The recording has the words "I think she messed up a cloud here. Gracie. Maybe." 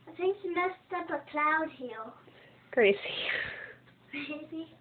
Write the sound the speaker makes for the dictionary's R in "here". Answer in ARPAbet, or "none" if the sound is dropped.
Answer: L